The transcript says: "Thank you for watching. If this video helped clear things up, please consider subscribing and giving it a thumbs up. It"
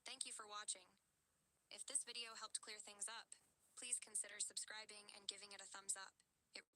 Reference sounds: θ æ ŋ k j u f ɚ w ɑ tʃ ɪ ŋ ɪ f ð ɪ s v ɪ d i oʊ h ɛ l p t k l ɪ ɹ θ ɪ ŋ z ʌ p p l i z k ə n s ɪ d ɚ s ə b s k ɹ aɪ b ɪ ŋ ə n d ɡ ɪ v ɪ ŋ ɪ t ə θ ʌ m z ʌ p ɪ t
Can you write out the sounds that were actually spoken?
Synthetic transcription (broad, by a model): θ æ ŋ k j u f ɚ w ɑ tʃ ɪ ŋ ɪ f ð ɪ s v ɪ d i oʊ h ɛ l p t k l ɪ ɹ θ ɪ ŋ z ʌ p p l i z k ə n s ɪ d ɚ s ə b s k ɹ aɪ b ɪ ŋ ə n ɡ ɪ v ɪ ŋ ɪ t ə θ ʌ m z ʌ p ɪ t